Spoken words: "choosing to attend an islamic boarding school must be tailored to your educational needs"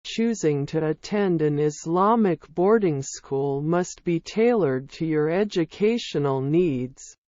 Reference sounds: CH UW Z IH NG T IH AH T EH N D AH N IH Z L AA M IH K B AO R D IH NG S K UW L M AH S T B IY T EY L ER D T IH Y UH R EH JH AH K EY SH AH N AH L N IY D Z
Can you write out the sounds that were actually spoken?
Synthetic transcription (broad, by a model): CH UW Z IH NG T IH AH T EH N D AH N IH Z L AA M IH K B AO R D IH NG S K UW L M AH S T B IY T EY L ER D T IH Y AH R EH JH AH K EY SH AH N L N IY D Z